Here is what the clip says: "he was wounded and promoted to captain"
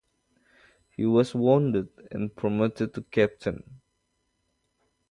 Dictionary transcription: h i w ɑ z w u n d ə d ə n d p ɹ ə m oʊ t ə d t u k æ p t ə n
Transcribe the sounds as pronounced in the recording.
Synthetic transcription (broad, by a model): h i w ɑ s w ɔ n d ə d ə n p ɹ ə m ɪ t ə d t u k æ p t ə n